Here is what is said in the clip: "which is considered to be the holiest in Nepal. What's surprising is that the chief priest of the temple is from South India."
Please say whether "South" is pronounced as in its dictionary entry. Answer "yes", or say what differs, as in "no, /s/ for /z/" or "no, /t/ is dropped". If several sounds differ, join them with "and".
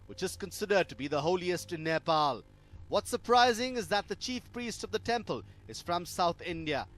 yes